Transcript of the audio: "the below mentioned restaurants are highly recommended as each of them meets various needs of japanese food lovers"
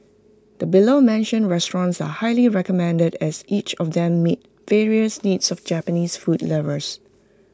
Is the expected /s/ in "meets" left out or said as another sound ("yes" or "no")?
yes